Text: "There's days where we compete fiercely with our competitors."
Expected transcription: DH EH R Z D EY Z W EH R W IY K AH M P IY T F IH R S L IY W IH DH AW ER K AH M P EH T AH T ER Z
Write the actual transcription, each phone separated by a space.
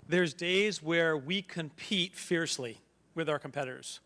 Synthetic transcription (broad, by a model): DH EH R Z D EY Z W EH R W IY K AH M P IY T F IH R S L IY W IH DH AW ER K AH M P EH T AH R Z